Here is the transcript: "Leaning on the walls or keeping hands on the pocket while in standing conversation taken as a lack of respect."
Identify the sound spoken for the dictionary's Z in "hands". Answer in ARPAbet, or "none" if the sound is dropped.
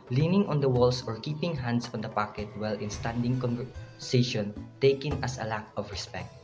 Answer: S